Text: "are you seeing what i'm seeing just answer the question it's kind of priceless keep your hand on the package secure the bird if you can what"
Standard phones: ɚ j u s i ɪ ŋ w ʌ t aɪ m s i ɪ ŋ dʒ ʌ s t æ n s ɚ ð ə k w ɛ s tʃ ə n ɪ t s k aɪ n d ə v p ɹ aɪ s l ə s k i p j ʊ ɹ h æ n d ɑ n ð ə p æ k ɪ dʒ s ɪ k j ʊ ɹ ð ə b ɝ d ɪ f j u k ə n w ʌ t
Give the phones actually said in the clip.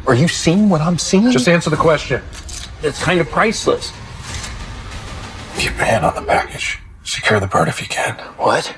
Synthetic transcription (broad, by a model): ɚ j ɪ s i ɪ ŋ w ʌ t aɪ m s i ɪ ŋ dʒ ʌ s t æ n s ɚ ð ə k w ɛ s tʃ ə n ɪ t s k aɪ n d ə v p ɹ aɪ s l ə s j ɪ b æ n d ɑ n ð ə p æ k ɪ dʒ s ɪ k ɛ ɹ ð ə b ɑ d ɪ f j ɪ k ə n w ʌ t